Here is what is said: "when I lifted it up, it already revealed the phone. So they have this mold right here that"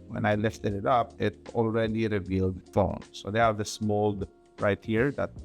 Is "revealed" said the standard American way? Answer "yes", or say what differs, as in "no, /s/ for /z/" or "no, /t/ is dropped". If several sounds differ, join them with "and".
yes